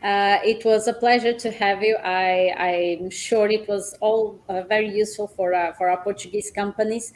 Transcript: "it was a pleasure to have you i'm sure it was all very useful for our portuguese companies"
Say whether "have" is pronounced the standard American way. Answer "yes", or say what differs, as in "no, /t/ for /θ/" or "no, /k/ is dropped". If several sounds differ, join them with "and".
yes